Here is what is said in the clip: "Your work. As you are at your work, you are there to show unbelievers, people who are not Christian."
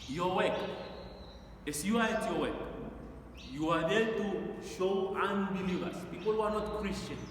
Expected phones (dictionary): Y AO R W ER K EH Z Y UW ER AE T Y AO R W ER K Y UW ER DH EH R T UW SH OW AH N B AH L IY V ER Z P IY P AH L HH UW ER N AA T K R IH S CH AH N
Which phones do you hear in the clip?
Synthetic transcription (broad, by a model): Y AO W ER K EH S Y UW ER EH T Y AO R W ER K Y UW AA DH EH L T UW SH OW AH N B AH L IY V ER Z P IY P AH L HH UW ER N AA T K R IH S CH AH N